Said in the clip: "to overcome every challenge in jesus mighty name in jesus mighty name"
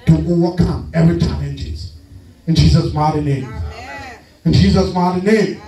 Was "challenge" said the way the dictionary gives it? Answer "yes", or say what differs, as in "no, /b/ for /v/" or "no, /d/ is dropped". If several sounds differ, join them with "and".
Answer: no, /l/ is dropped